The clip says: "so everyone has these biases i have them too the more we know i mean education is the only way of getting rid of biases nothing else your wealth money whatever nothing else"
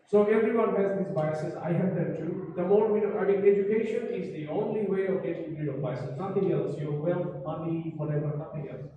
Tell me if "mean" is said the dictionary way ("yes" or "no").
no